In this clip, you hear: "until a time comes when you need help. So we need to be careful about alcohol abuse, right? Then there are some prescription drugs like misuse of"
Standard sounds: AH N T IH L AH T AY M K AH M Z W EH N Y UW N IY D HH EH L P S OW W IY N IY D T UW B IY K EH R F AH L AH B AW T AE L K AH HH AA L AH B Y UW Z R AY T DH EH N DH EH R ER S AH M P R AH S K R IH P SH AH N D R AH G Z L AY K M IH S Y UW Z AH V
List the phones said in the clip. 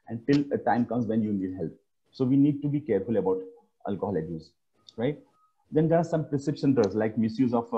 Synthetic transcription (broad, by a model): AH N T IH L AH T AY M K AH M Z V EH N Y UW N IY D HH EH L P S OW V IY N IY D T UW B IY K EH R F AH L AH B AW T AE L K AH HH AA L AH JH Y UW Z R AY T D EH N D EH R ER S AH M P R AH S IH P S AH N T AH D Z L AY K M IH S Y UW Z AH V